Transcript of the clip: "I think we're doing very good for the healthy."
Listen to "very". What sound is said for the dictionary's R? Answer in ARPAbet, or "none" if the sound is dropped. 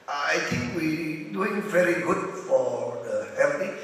R